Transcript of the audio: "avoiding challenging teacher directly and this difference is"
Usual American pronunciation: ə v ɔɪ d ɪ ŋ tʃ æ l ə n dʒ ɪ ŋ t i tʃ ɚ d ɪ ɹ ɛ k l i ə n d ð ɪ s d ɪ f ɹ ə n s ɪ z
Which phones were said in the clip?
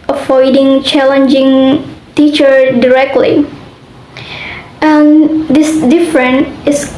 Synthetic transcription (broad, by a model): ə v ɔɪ d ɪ ŋ tʃ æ l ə n dʒ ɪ ŋ t i tʃ ɚ d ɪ ɹ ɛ k l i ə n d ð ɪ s d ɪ f ɹ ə n ɪ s